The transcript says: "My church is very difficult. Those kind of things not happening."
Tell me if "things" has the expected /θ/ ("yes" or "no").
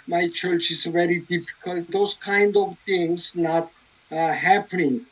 no